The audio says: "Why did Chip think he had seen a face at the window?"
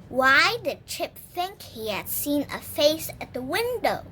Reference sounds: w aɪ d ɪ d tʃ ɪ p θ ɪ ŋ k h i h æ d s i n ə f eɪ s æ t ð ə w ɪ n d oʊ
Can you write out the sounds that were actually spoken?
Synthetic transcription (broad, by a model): w aɪ d ɪ d tʃ ɪ p θ ɪ ŋ k h i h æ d s i n ə f eɪ s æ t ð ə w ɪ n d oʊ